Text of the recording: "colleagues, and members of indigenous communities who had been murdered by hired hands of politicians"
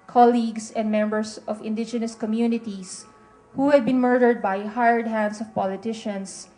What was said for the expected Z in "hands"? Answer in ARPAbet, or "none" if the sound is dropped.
S